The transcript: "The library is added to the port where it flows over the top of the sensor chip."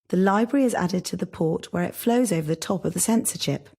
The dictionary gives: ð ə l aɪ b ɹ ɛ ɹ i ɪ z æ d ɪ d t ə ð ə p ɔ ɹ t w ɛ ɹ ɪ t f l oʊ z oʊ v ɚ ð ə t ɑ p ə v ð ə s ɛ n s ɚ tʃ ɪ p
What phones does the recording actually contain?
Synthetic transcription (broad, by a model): ð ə l aɪ b ɹ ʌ ɹ i ɪ z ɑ d ɪ d t ə ð ə p ɔ t w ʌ ɹ ɪ t f l oʊ z oʊ v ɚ ð ə t ɑ p ə v ð ə s ɛ n s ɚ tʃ ɪ p